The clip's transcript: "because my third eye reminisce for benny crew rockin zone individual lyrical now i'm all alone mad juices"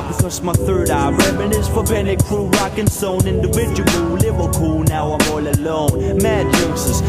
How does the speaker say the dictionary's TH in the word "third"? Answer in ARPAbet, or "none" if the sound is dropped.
TH